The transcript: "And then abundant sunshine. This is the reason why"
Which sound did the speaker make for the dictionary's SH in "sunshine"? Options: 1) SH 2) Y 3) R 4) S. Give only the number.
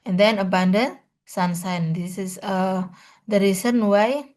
4